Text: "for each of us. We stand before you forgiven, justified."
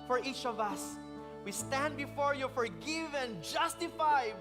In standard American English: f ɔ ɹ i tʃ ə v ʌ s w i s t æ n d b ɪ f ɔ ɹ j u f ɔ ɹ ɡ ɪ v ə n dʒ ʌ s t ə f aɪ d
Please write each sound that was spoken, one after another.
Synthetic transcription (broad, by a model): f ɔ ɹ i tʃ ə v ʌ s w i s t æ n d b ɪ f ɔ ɹ j u f ɔ ɹ ɡ ɪ v ə n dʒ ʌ s t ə f aɪ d